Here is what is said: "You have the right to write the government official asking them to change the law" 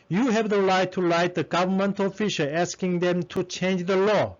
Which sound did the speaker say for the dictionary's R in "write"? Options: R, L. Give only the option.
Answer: L